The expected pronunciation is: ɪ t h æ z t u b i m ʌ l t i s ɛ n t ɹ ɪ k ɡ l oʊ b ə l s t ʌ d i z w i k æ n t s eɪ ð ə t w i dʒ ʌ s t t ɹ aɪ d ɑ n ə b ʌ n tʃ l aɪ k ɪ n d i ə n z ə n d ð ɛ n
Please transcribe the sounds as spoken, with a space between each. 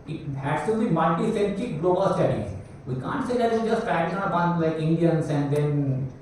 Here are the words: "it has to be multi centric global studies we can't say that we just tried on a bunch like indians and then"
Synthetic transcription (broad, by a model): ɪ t h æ s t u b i m ʌ l t i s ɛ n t ɪ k ɡ l oʊ b ə l s t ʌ d i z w i k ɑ n t s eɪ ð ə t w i dʒ ʌ s t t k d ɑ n ə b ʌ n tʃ l aɪ k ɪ n d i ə n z ə n d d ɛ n